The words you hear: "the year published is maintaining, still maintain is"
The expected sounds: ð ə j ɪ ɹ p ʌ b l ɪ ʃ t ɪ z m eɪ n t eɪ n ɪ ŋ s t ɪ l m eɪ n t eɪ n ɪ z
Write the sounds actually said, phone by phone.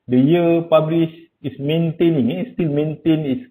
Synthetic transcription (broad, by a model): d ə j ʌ p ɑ b l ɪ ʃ ɪ s m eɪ n t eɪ n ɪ ŋ s t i l m eɪ n t eɪ n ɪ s